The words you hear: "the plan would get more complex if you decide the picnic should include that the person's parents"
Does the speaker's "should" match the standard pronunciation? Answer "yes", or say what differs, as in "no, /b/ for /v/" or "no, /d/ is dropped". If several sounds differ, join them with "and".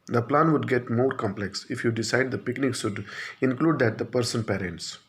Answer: no, /s/ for /ʃ/